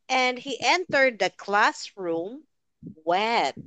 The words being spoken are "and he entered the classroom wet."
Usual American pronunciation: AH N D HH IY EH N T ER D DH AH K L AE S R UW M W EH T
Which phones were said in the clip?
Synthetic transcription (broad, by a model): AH N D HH IY EH N T ER D DH AH K L AE S R UW M W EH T